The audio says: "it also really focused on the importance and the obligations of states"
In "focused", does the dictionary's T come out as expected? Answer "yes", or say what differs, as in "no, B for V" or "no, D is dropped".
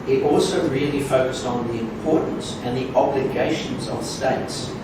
yes